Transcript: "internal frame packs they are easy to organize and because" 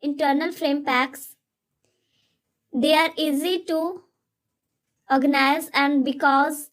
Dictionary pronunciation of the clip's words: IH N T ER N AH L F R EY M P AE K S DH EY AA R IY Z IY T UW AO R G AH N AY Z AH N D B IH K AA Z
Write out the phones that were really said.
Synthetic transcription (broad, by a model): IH N T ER N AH L F R EY M P AE K S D EY AA R IY Z IY T UW AO R G AH N AY Z AH N D B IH K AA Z